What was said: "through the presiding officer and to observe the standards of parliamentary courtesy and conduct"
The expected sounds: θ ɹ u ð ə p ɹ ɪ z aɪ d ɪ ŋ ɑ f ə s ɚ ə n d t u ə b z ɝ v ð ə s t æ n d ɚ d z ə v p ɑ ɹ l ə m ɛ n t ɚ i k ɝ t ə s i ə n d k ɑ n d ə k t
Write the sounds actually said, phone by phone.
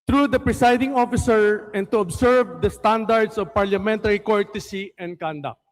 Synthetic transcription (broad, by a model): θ ɹ u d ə p ɹ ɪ s aɪ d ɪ ŋ ɑ f ə s ɚ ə n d t u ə b s ɝ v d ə s t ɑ n d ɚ d s ə v p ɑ ɹ l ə m ɛ n t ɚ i k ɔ t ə s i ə n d k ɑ n d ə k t